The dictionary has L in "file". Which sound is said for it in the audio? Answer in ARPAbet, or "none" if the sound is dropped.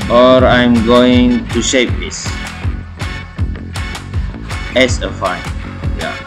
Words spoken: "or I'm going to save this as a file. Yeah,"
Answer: N